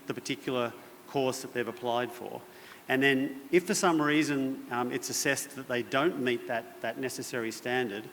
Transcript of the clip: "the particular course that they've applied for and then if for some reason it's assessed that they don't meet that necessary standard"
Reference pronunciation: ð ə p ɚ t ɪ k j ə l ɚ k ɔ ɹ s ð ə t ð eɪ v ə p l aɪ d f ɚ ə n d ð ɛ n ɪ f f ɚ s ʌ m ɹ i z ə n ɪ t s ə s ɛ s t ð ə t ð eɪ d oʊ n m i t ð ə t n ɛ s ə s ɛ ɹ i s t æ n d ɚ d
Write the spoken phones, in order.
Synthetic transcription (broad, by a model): ð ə p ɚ t ɪ k j l ɚ k ɔ ɹ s ð ə t ð eɪ v ə p l aɪ d f ɚ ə n ð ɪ n ɪ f f ɚ s ʌ m ɹ i z ə n ɪ t s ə s ɛ s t ð ə t ð eɪ d oʊ n m i t ð ə t n ɛ s ə s ɛ ɹ i s t æ n d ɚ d